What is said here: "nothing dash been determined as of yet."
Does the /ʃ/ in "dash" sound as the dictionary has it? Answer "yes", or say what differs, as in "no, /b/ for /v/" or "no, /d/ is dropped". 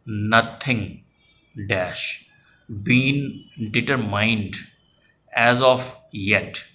yes